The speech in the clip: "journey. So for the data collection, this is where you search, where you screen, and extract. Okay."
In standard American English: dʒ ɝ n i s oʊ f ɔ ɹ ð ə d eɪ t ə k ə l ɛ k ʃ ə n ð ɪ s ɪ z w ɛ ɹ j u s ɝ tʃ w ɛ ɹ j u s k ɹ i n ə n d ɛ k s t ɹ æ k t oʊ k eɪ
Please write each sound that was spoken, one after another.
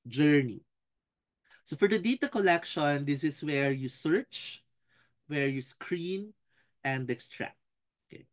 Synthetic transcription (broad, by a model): dʒ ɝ n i s oʊ f ɔ ɹ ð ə d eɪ t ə k ə l ɛ k ʃ ə n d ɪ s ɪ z w ɛ ɹ j u s ɝ tʃ w ɛ ɹ j u s k ɹ i n ə n d ɛ k s t ɹ æ k t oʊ k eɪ